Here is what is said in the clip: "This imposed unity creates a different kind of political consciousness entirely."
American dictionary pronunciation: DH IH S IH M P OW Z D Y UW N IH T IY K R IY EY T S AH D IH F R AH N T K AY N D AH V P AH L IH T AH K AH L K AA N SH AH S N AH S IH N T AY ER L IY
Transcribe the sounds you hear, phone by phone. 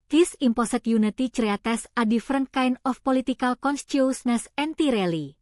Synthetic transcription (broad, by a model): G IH S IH M P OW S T Y UW N IH T IY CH R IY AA T S AH D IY F R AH N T K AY N AH F P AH L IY T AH K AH L K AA N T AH S N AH S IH N T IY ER L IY